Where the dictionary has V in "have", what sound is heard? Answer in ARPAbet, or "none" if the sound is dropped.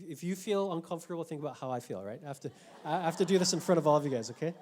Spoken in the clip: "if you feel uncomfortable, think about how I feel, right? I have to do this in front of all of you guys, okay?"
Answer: F